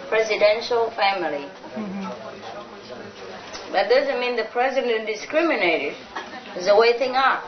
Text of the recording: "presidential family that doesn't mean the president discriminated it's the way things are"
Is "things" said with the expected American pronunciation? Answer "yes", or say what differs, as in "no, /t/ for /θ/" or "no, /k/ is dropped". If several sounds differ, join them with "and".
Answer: no, /z/ is dropped